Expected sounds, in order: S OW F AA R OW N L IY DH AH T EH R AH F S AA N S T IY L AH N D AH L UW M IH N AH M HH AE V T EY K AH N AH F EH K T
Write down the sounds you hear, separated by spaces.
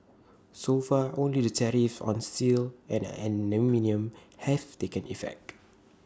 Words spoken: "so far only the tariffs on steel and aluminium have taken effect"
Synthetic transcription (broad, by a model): S OW F AA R OW N L IY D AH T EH R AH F AA N S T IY L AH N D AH N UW M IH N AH M HH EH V T EY K AH N AH F EH K T